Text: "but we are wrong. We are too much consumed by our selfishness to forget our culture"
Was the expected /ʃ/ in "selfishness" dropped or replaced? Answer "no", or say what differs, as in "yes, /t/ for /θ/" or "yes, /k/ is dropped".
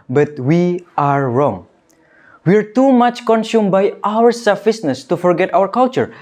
yes, /s/ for /ʃ/